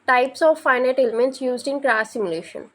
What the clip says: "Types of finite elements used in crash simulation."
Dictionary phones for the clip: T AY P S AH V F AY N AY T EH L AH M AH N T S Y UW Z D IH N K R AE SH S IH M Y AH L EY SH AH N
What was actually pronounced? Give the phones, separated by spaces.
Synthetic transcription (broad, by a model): T AY P S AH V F AY N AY T EH L AH M AH N T S Y UW Z D IH N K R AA S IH M Y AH L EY SH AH N